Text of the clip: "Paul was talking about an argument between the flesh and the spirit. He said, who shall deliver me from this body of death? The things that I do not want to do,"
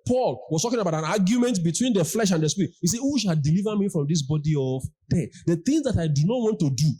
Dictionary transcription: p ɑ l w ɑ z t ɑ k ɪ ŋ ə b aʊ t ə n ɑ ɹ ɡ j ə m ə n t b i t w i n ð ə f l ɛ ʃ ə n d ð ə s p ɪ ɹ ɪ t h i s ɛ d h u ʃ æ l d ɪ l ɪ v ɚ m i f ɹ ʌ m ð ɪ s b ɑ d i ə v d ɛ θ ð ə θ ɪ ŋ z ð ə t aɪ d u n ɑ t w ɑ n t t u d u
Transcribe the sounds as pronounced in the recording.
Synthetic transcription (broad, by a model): p ɑ l w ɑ s t ɑ k ɪ ŋ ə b aʊ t ə n ɑ ɡ j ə m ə n t b i t w i n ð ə f l ɛ ʃ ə n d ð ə s p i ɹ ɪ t h i s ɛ h u ʃ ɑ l d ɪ l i v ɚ m i f ɹ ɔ m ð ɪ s b ɑ d i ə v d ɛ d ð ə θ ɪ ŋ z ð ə t aɪ d u n ɑ t w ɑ n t t u d u